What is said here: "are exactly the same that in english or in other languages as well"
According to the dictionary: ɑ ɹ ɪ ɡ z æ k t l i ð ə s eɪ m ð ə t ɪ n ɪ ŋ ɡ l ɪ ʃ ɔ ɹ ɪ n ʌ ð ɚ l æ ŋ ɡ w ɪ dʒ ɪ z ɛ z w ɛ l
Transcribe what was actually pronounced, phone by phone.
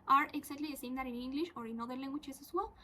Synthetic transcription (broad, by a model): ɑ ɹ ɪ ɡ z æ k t l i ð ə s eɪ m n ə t ɪ n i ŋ ɡ l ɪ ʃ ɔ ɹ ɪ n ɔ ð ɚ l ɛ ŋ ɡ w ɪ tʃ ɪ s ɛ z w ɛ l